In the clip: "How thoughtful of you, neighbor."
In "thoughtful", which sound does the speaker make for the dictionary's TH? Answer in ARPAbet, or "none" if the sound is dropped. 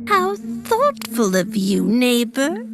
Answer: TH